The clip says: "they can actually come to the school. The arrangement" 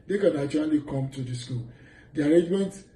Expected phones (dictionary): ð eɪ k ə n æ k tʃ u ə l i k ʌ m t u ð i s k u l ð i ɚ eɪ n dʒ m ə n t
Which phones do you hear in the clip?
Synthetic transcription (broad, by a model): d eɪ k ə n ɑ tʃ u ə l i k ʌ m t u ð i s k u l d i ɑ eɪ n dʒ m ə n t